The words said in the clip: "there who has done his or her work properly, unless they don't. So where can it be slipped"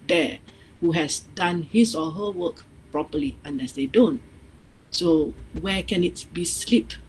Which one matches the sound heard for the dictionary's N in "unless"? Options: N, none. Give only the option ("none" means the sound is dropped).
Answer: N